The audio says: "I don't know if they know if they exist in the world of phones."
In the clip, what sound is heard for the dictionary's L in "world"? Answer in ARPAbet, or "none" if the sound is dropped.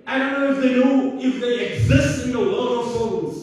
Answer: none